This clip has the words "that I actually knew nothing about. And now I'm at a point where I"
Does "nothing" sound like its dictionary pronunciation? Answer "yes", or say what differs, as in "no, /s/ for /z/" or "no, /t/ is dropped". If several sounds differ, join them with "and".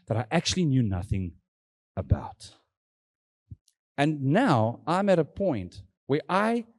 yes